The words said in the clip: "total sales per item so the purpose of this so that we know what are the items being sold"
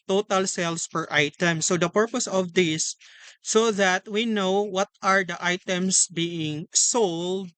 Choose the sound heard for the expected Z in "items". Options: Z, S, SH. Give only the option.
S